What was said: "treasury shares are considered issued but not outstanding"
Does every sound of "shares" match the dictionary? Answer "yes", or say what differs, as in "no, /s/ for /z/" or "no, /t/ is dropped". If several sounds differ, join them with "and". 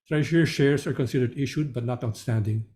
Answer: no, /s/ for /z/